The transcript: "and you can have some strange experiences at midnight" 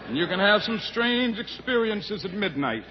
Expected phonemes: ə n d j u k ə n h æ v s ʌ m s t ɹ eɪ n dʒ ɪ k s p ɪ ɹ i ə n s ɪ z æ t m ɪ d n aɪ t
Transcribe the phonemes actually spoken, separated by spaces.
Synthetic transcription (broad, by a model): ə n j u k ə n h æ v s ʌ m s t ɹ eɪ n dʒ ɪ k s p ɪ ɹ i ə n s ɪ z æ t m ɪ d n aɪ t